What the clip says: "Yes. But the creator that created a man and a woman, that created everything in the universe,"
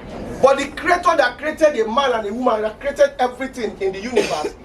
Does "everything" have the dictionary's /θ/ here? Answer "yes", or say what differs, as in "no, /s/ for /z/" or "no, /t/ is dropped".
no, /t/ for /θ/